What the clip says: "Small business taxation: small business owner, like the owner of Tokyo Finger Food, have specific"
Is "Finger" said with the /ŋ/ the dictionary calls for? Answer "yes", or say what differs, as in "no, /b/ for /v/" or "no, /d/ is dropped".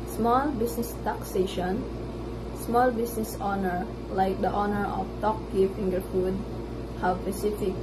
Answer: yes